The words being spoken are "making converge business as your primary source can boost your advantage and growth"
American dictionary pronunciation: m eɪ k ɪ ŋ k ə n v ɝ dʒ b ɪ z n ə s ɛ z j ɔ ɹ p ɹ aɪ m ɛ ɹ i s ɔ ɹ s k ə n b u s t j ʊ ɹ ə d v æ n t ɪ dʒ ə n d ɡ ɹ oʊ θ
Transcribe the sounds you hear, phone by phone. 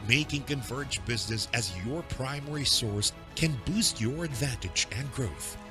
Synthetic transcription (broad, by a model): m eɪ k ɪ ŋ k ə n v ɝ dʒ b ɪ z n ə s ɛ z j ɔ ɹ p ɹ aɪ m ɛ ɹ i s ɔ ɹ s k ə n b u s t j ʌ ɹ ə d v æ n t ɪ dʒ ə n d ɡ ɹ oʊ θ